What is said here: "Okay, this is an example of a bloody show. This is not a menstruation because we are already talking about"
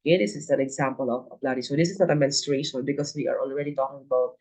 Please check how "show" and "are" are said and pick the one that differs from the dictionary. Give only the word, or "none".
show